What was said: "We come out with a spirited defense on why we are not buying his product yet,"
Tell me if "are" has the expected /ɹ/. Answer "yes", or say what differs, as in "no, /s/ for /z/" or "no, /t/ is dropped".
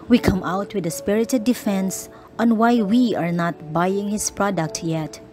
yes